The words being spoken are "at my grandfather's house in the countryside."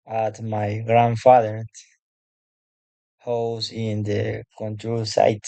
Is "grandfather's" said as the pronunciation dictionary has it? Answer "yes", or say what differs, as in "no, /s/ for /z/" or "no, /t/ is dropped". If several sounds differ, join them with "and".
no, /z/ is dropped